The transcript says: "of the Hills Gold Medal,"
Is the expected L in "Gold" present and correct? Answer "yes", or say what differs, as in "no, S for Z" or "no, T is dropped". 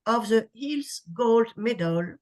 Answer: yes